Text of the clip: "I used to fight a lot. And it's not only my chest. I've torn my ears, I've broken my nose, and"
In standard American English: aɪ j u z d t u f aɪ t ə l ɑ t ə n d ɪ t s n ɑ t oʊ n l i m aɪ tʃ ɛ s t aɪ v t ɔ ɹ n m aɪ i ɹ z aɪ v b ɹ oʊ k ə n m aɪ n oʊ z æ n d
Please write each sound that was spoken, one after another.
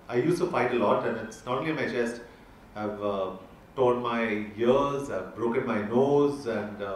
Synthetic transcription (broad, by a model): aɪ j u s t u f aɪ t ə l ɑ t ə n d ɪ t s n ɑ t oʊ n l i m aɪ tʃ ɛ s t aɪ v t ɔ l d m aɪ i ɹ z aɪ v b ɹ oʊ k ə n m aɪ n oʊ z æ n d